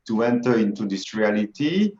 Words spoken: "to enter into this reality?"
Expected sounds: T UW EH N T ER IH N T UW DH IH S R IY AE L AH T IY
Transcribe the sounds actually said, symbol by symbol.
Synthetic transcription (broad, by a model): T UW EH N T ER IH N T UW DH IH S R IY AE L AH T IY